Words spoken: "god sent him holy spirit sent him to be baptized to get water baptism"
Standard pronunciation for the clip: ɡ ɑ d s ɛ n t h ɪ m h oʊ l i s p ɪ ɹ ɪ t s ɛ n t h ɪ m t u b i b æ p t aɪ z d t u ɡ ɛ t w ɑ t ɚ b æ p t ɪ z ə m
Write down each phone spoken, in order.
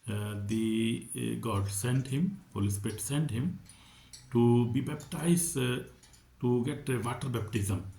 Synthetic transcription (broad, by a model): ɡ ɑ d s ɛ n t h ɪ m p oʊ l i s ɪ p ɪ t s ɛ n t h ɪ m t u b i b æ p t aɪ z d t u ɡ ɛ t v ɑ t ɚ b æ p t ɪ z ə m